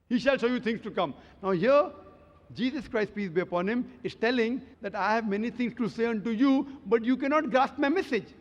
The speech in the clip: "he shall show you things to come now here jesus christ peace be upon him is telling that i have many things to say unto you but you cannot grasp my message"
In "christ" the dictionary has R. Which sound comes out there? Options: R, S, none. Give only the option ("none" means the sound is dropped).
R